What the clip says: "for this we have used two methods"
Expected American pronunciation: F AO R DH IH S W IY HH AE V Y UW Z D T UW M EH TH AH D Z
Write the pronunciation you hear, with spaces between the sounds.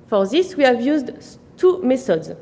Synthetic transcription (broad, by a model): F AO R DH IH S W IY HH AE V Y UW Z D T UW M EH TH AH D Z